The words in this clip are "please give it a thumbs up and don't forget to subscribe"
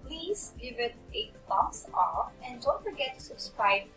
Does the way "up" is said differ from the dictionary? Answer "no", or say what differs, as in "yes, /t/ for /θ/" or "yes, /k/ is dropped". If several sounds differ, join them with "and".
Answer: yes, /f/ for /p/